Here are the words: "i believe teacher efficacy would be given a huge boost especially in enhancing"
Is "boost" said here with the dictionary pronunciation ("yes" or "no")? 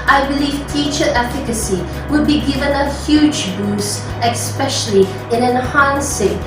no